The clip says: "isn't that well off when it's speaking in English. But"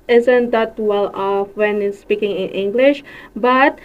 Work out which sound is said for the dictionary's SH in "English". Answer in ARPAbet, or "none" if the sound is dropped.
SH